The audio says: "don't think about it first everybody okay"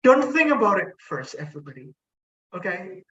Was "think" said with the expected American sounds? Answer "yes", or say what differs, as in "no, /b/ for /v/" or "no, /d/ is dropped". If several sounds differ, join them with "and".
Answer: yes